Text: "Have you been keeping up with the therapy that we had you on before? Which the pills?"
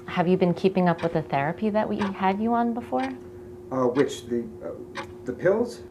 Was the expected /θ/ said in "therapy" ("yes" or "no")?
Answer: yes